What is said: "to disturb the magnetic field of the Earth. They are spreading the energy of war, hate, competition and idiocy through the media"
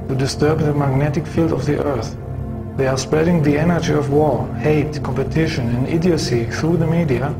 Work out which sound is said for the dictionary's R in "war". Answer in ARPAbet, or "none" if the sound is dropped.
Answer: R